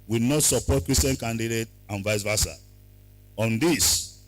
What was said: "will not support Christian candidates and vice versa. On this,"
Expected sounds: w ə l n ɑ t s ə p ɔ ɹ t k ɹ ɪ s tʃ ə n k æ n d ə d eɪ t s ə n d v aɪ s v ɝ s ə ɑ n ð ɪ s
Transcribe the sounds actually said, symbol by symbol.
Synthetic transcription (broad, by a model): w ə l n ɑ t s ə p ɔ t k ɹ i s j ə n k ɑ n d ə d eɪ t ə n v aɪ s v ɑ s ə ɑ n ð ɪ s